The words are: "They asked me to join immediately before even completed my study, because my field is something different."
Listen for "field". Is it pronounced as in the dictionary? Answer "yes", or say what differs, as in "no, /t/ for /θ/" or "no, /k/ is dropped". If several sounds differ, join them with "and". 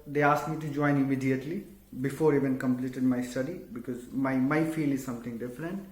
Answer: no, /d/ is dropped